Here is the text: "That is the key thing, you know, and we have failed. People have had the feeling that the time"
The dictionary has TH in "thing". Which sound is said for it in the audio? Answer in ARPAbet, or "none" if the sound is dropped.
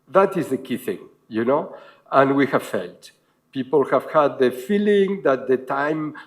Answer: TH